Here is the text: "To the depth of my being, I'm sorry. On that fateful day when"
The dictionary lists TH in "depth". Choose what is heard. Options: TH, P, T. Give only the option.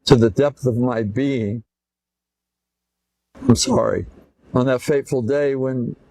TH